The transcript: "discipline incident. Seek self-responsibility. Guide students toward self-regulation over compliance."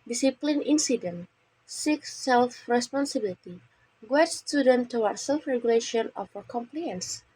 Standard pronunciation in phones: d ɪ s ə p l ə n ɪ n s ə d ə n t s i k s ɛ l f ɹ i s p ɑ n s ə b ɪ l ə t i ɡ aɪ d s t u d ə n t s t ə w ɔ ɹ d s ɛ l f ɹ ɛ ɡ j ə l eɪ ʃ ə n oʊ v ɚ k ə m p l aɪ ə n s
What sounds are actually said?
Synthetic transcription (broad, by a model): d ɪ s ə p l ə n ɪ n s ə d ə n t s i k s ɛ l f ɹ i s p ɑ n s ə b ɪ l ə t i ɡ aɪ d s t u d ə n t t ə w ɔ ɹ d s ɛ l f ɹ ɛ ɡ j ə l eɪ ʃ ə n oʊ f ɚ k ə m p l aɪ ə n s